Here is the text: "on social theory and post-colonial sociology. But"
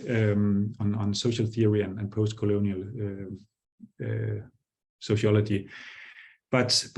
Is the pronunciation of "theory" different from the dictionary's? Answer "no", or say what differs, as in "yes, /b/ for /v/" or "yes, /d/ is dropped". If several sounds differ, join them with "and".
no